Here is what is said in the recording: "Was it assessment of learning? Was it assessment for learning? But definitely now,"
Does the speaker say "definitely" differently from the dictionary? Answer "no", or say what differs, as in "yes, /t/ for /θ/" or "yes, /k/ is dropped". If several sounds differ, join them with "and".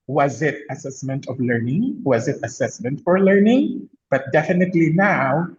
no